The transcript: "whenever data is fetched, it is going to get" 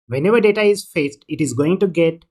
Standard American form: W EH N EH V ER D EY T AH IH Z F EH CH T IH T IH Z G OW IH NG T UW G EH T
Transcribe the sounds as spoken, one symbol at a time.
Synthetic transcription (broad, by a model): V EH N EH V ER D EY T AH IH Z F EH S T IH T IH Z G OW IH NG T UW G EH T